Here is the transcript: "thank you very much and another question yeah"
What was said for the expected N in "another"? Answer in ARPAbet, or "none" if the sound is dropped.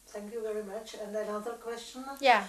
L